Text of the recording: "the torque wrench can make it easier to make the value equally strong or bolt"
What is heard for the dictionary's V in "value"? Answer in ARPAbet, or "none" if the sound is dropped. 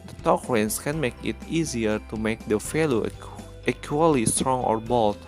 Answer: F